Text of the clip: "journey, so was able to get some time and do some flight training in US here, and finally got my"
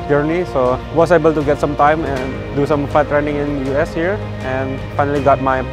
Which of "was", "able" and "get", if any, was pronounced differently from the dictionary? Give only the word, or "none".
was